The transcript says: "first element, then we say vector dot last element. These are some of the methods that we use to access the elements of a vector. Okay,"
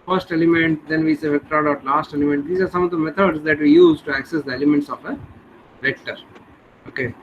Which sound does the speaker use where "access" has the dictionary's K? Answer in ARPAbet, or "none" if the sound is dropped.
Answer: K